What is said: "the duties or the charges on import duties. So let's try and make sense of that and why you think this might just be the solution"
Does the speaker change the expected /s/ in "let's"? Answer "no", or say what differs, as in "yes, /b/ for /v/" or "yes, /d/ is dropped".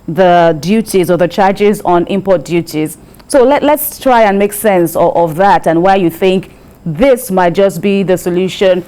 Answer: no